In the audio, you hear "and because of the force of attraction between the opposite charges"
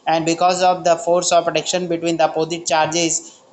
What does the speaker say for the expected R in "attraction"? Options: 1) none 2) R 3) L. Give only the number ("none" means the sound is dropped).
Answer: 1